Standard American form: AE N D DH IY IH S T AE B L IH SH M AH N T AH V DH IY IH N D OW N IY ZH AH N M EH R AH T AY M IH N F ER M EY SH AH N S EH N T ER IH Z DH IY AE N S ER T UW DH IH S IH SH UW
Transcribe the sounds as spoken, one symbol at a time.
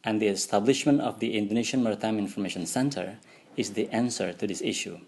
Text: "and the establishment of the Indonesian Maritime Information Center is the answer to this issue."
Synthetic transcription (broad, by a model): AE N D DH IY IH S T AE B L IH SH M AH N T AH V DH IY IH N D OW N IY SH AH N M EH R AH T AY M IH N F ER M EY SH AH N S EH N T ER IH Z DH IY AE N S ER T UW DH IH S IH SH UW